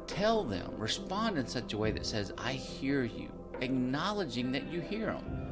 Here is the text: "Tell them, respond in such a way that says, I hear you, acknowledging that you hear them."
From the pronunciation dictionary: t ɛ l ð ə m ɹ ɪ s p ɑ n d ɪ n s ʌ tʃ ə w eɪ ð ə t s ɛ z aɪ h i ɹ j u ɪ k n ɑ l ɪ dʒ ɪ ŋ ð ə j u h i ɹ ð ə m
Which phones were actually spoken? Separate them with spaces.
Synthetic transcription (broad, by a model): t ɛ l ð ə m ɹ ɪ s p ɑ n d ɪ n s ʌ tʃ ə w eɪ ð ə t s ɛ z aɪ h i ɹ j u ɪ k n ɑ l ɪ dʒ ɪ ŋ ð ə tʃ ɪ h i ɹ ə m